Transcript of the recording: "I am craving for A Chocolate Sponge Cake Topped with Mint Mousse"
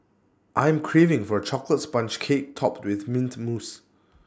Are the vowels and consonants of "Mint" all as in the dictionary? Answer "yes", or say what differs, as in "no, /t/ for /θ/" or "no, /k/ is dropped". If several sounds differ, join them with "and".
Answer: yes